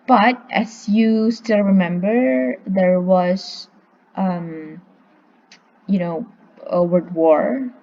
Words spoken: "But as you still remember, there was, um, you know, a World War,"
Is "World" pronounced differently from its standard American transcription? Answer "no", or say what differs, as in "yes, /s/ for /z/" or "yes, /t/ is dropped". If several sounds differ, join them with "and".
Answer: yes, /l/ is dropped